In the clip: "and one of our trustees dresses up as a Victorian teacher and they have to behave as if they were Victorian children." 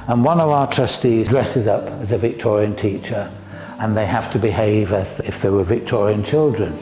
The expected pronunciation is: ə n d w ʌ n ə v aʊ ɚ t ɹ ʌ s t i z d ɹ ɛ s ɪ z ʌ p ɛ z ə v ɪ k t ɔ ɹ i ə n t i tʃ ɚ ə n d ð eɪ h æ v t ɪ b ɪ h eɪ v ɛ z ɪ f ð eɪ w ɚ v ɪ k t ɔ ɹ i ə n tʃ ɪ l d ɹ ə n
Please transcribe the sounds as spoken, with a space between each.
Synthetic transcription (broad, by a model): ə n w ʌ n ə v aʊ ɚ t ɹ ʌ s t i z d ɹ ɛ s ɪ z ʌ p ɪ z ə v ɪ k t ɔ ɹ i ə n t i tʃ ɚ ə n ð eɪ h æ f t ɪ b ɪ h eɪ v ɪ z ɪ f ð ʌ w ɚ v ɪ k t ɔ ɹ i ə n tʃ ɪ l d ɹ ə n